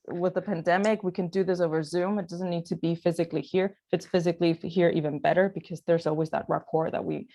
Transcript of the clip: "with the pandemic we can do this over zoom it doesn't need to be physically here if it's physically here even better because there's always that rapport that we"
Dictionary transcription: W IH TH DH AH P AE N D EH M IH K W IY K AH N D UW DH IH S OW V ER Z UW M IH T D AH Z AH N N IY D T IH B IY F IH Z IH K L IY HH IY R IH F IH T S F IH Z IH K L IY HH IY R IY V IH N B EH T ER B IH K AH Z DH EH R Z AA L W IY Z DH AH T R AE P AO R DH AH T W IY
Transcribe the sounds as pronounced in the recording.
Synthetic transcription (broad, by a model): W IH DH AH P AE N D EH M IH K W IY K AH N D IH DH IH S OW V ER Z UW M IH T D AH Z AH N N IY D T IH B IY F IH Z IH K L IY HH IY R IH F IH T S F IH Z IH K L IY HH IY R IY V IH N B EH T ER B IH K AH Z DH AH R Z AA L W IY Z DH AH T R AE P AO R DH AH T W IY